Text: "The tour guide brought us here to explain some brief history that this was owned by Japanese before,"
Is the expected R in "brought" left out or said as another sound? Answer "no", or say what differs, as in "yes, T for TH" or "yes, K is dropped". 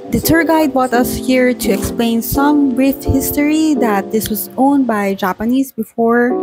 yes, R is dropped